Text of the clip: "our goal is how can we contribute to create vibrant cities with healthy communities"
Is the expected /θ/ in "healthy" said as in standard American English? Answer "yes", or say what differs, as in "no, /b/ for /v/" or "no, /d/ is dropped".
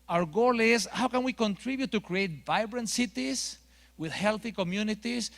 yes